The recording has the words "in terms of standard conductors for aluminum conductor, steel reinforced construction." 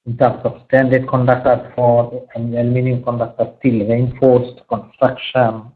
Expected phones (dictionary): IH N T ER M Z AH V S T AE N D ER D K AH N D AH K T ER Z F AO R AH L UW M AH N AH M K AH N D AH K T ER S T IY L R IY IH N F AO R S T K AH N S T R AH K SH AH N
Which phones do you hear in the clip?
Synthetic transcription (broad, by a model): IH N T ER M S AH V S T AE N D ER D K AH N D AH K T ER F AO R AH N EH M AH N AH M K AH N D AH K T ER S T IY L R IY IH N F AO R S T K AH N S T R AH K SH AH N